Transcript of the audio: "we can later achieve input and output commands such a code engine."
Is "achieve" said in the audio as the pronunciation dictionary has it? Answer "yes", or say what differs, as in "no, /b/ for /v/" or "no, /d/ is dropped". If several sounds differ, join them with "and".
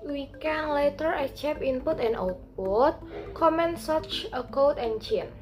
no, /p/ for /v/